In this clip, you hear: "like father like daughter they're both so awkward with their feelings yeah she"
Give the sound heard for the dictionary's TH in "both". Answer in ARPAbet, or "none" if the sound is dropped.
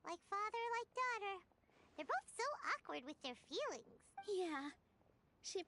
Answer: TH